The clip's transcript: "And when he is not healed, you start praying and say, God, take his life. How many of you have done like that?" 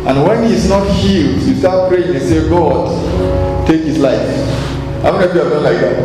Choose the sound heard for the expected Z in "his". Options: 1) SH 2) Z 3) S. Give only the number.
3